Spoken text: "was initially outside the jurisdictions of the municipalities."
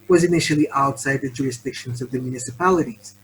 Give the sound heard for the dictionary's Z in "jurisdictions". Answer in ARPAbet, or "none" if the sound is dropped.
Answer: Z